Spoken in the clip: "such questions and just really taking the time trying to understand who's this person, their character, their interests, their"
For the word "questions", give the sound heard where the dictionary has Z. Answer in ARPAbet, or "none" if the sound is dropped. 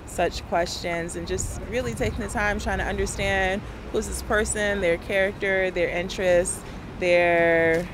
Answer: Z